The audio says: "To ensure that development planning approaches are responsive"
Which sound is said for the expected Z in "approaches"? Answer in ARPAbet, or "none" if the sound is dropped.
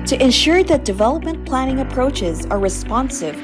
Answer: Z